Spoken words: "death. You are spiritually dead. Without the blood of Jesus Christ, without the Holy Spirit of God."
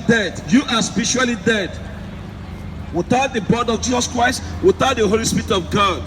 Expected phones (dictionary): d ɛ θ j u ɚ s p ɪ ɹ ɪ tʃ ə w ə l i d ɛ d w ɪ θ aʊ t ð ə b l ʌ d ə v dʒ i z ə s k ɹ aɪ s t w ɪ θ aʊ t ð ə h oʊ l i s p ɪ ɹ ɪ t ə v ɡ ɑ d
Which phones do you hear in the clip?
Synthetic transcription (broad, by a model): d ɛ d j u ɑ s p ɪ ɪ ʃ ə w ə l i d ɛ d w ɪ θ aʊ t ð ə b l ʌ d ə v dʒ i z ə s k ɹ aɪ s t w ɪ θ aʊ t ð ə h oʊ l i s p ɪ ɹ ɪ t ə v ɡ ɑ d